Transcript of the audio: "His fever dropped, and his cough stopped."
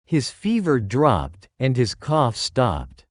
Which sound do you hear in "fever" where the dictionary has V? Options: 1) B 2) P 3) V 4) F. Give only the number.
3